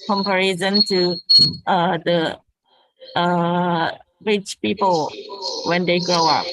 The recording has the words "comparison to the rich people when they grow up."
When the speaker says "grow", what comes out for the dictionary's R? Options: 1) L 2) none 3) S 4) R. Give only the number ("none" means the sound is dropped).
2